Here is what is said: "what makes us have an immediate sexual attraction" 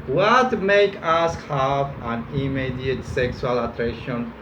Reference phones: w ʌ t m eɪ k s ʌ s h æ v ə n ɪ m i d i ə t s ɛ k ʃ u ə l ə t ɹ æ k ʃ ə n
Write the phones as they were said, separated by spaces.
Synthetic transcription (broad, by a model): w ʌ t m eɪ k ɑ s h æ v ə n ɪ m i d i ə t s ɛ k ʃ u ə l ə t ɹ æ k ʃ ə n